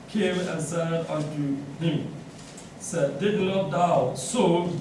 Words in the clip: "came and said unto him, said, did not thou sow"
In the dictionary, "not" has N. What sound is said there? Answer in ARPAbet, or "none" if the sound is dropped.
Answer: L